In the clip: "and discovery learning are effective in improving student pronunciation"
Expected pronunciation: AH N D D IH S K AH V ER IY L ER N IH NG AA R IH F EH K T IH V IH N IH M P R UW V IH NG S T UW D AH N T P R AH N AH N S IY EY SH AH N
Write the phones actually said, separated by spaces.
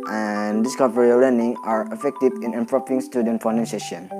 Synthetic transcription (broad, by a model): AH N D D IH S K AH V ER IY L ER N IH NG AA R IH F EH K T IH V IH N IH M P R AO P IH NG S T UW D AH N T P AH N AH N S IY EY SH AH N